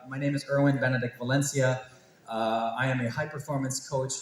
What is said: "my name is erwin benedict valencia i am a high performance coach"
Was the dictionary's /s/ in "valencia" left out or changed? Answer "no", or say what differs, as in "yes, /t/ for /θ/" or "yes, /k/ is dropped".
no